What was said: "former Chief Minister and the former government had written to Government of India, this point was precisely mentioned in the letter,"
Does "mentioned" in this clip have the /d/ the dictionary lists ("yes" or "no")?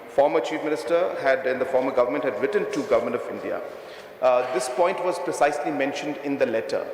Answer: yes